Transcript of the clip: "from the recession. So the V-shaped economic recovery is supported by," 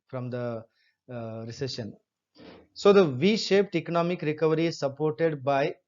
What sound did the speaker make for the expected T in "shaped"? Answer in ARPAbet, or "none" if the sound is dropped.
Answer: T